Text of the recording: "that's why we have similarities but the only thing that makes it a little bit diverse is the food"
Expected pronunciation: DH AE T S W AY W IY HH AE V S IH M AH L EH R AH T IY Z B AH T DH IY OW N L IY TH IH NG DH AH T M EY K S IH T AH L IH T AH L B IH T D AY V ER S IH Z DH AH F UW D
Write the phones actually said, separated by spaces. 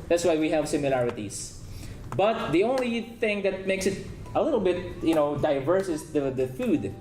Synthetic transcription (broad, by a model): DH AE T S W AY W IY HH AE V S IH M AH L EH R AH T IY S B AH T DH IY OW N L IY TH IH NG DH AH T M EY K S IH T AH L IH T AH L B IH T D AY V ER S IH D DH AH F UW D